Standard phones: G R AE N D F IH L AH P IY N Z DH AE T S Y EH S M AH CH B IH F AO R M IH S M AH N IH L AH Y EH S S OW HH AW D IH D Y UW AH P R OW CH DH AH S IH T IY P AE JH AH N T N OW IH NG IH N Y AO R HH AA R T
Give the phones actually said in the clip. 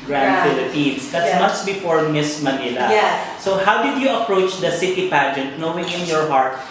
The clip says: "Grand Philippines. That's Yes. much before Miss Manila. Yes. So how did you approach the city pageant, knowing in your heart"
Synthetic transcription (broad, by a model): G R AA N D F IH L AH P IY N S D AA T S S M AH S B IH F AO R M IH S M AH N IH L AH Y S S OW HH AW D IH D Y UW AH P R OW CH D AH S IH T IY P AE JH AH N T N OW IH NG IH N Y AO R HH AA R T